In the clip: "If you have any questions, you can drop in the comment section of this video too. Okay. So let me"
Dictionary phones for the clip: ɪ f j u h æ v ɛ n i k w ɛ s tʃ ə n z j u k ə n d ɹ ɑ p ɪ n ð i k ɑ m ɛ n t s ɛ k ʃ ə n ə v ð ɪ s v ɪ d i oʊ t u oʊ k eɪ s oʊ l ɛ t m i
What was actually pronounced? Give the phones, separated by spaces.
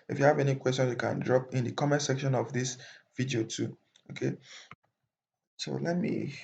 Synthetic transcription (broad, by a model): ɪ f j u h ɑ v ɛ n i k w ɛ s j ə n s j u k ə n d ɹ ɑ p ɪ n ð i k ɑ m ɛ n t s ɛ k ʃ ə n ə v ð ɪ s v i d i oʊ t u oʊ k eɪ s oʊ l ɛ t m i